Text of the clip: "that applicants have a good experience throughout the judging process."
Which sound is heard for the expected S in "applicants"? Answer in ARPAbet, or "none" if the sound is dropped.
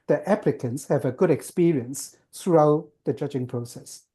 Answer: S